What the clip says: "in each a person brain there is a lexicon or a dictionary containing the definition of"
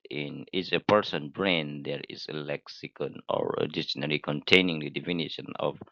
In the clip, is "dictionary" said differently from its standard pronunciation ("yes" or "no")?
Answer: yes